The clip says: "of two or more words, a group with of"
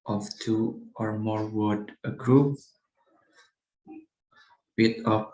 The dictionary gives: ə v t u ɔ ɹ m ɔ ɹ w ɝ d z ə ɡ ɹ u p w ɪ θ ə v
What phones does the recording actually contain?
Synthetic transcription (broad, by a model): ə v t u ɔ ɹ m ɔ ɹ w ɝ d ə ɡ ɹ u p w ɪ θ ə